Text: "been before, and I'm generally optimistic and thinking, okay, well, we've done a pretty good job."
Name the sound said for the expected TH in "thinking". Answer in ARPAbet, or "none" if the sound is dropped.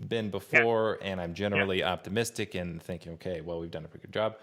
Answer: TH